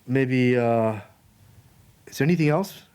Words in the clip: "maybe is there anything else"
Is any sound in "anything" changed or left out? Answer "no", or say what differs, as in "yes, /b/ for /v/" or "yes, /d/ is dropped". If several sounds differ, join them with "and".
no